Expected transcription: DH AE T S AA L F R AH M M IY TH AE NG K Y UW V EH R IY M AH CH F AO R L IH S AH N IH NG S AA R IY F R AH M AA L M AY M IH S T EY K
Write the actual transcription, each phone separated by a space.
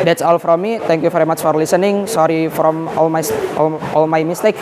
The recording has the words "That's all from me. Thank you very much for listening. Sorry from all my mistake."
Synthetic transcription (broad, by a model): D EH T S AA L F R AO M M IY T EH NG K Y UW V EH R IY M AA CH F AO R L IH S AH N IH NG S AA R IY F R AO M AA L M AY M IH S T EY K